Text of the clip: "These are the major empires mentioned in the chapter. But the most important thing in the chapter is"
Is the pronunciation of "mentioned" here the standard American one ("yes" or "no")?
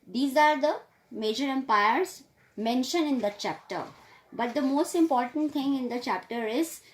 no